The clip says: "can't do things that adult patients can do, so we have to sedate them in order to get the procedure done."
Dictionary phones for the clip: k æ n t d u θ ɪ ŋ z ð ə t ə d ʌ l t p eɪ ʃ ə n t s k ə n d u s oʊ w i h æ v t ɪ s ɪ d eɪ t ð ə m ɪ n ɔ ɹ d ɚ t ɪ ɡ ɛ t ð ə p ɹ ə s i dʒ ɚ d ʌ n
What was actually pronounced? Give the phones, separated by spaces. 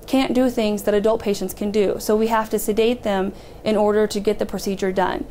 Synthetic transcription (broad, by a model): k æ n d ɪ θ ɪ ŋ z ð ə t ə d ʌ l t p eɪ ʃ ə n t s k ə n d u s oʊ w i h æ f t ɪ s ɪ d eɪ t ð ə m ɪ n ɔ ɹ d ɚ t ɪ ɡ ɛ t ð ə p ɹ ə s i dʒ ɚ d ʌ n